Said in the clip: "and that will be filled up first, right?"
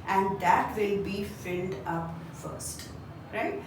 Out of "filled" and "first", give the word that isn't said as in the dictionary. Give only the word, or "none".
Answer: none